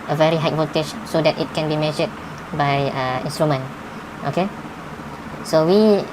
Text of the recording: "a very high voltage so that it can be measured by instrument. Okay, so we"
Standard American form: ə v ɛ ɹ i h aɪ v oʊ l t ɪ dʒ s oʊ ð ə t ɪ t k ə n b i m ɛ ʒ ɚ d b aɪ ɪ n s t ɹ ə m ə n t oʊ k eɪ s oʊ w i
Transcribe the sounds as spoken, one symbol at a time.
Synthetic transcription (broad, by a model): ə v ɛ ɹ i h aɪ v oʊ t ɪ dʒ s oʊ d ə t ɪ t k ə n b i m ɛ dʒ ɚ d b aɪ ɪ n s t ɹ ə m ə n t oʊ k eɪ s oʊ w i